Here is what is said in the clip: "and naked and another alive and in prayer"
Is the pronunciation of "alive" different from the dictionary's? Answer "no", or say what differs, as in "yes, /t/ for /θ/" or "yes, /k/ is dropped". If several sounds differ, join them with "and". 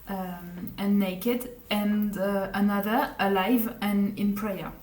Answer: no